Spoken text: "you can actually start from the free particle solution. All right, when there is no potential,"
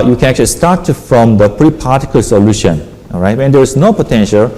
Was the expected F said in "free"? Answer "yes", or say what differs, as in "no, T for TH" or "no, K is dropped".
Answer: no, P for F